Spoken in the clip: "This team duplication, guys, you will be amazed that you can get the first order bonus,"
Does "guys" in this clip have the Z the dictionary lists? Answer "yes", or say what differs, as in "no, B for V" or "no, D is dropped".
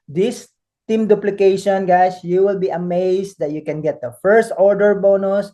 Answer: no, S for Z